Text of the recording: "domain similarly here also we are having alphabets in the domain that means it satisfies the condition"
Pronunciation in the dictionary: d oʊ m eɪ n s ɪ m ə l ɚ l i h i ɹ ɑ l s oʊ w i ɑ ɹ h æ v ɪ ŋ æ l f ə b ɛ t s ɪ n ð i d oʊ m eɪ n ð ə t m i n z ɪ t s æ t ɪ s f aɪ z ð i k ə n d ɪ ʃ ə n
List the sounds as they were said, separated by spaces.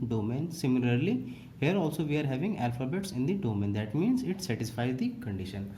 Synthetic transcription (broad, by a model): d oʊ m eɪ n s ɪ m ə l ɚ l i h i ɹ ɑ l s oʊ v i ɑ ɹ h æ v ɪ ŋ æ l f ə b ɛ t s ɪ n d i d oʊ m eɪ n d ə t m i n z ɪ t s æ t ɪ s f aɪ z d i k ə n d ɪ ʃ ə n